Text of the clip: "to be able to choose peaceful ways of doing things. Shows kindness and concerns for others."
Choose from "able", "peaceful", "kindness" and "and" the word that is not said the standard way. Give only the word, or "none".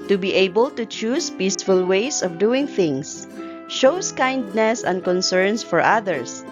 none